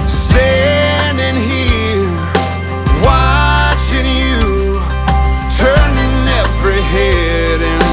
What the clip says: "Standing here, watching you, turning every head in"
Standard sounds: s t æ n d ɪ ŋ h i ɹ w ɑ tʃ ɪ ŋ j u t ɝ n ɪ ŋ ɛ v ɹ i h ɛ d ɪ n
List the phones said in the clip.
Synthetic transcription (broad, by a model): s t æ n d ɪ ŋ h i l w ɑ tʃ ɪ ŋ j u t ɝ n ɪ ŋ ɛ v ɹ i h ɛ d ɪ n